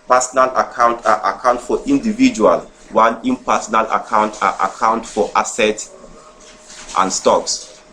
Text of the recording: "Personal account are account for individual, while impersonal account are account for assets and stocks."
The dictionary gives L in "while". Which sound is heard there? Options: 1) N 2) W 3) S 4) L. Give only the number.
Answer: 1